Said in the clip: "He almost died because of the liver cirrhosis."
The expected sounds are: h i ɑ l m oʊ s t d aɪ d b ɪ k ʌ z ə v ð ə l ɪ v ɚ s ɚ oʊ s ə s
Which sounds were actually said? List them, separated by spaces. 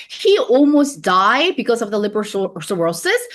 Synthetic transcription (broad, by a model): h i ɑ l m oʊ s d aɪ d b ɪ k ʌ z ə v ð ə l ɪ b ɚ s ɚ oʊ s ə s